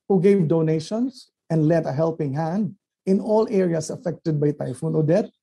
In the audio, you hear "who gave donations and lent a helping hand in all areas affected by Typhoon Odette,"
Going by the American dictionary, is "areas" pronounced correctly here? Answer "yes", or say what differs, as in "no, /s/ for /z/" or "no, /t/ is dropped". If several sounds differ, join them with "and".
no, /s/ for /z/